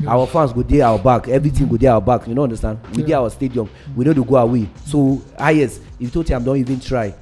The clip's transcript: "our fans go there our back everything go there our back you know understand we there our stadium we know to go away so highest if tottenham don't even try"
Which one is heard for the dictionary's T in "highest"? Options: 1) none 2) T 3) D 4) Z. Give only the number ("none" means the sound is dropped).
1